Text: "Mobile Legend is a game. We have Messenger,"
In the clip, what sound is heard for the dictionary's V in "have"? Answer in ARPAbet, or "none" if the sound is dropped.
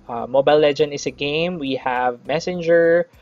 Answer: V